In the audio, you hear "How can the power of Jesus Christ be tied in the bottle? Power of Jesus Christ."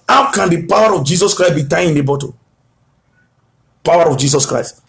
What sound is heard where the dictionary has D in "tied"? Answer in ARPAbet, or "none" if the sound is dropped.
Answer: none